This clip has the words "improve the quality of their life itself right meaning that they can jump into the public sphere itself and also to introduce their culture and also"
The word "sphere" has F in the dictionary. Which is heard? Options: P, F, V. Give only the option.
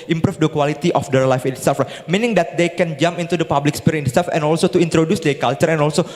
P